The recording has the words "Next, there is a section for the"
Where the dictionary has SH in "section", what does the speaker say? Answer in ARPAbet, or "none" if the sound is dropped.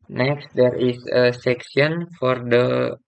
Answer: S